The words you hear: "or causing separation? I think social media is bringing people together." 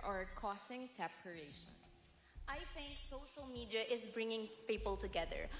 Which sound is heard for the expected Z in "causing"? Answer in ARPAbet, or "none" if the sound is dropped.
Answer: S